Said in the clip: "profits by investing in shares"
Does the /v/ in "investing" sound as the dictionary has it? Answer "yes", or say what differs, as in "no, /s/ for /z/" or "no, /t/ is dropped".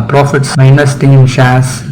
no, /v/ is dropped